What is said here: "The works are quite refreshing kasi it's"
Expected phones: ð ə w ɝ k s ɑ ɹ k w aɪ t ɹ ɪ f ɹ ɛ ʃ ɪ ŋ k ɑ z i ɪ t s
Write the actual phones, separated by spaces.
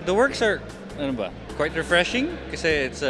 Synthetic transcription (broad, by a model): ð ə w ɝ k s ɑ ɹ k w aɪ t ɹ ɪ f ɹ ɛ ʃ ɪ ŋ k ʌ s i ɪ t s